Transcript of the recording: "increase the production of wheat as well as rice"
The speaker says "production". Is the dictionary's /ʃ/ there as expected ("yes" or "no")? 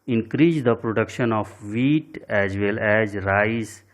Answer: yes